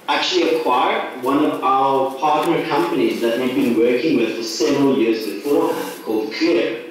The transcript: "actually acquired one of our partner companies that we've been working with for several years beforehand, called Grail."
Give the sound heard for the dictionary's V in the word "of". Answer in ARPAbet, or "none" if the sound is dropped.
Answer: V